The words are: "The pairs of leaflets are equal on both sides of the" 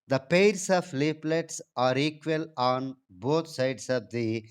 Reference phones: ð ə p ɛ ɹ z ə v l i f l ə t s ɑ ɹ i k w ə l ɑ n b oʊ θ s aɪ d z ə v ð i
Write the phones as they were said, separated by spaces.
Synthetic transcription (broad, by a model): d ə p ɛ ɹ s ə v l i p l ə t s ɑ ɹ i k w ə l ɑ n b oʊ t s aɪ d s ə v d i